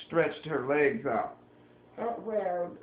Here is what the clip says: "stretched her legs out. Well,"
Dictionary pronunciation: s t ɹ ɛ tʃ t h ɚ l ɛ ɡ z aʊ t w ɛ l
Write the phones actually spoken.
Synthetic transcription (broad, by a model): s t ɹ ɛ tʃ t h ɚ l ɛ ɡ z aʊ t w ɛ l